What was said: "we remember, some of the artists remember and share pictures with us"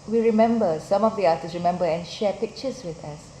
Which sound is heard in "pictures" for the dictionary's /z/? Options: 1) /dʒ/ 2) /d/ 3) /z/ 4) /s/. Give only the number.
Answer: 4